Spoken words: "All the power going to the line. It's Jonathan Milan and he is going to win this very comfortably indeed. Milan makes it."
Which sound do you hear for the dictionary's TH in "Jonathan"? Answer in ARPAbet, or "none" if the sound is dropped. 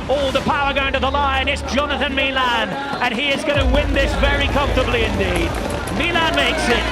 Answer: TH